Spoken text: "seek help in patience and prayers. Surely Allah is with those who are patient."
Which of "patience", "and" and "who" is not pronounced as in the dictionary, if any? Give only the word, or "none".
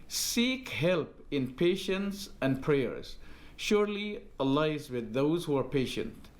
none